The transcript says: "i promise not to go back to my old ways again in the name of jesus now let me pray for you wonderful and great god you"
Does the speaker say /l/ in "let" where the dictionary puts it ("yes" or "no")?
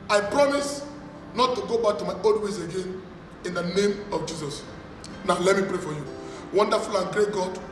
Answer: yes